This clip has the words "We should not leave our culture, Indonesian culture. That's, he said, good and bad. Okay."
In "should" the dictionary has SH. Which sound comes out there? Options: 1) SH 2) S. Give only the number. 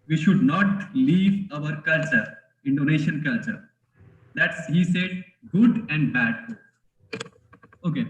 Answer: 1